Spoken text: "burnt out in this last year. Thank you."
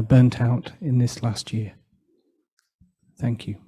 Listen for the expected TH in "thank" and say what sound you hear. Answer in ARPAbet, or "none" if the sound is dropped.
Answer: TH